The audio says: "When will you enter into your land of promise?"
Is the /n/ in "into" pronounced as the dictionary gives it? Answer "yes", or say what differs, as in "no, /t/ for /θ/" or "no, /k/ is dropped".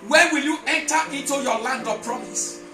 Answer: yes